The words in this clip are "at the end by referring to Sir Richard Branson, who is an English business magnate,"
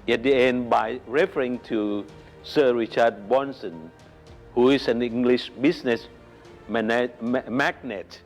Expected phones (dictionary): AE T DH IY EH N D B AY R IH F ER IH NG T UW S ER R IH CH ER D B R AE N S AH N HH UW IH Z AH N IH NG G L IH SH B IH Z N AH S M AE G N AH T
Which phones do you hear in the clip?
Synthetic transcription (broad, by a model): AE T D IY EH N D B AY R IH F ER IH NG T UW S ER R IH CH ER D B AO N S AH N HH UW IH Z AH N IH NG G L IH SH B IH S N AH S M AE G N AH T